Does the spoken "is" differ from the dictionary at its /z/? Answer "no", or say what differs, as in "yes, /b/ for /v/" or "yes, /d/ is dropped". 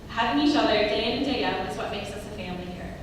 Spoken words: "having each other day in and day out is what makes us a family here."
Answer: yes, /s/ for /z/